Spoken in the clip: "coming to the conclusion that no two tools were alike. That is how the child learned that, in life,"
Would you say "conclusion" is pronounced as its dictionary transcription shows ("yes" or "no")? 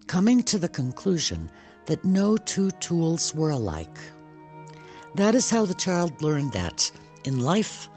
yes